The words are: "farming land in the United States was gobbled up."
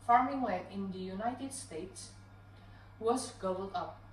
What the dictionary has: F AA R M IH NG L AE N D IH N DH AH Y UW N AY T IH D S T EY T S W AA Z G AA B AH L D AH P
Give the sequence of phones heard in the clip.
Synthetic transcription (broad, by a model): F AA R M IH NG W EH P IH N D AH Y UW N AY T IH D S T EY T S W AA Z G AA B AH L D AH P